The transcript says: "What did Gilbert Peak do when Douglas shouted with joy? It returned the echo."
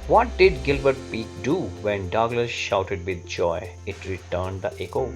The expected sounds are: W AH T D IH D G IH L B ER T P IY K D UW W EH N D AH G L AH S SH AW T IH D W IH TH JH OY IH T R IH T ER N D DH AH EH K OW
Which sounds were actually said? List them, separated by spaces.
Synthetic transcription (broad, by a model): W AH T D IH D G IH L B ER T P IY K D UW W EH N D AH G L AH S SH AW T IH D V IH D JH OY IH T R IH T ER N D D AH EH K OW